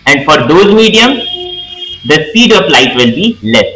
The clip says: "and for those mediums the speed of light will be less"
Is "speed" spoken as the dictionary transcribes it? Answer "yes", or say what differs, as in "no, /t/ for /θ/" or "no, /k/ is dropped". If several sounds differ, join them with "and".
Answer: no, /p/ is dropped